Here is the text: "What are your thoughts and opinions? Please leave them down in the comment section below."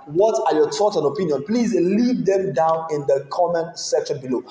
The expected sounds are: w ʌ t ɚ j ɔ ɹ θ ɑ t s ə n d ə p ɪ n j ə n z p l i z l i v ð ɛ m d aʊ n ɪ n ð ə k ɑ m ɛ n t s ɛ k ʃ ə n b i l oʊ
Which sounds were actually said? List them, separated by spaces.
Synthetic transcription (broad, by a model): w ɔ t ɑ j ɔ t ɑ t ə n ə p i n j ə n p l i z l i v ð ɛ m d aʊ n ɪ n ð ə k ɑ m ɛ n s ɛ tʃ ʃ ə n b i l oʊ